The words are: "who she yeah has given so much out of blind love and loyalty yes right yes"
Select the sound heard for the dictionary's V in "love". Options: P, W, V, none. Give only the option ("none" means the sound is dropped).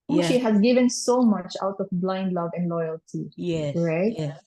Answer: V